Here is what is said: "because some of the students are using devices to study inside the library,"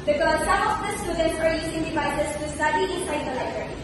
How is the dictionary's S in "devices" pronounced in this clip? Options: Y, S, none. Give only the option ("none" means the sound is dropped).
none